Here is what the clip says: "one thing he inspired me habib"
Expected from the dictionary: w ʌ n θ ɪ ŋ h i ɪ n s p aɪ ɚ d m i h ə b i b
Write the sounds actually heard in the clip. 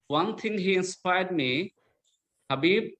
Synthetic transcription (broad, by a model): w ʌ n t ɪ ŋ h i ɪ n s p aɪ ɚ d m i h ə b i b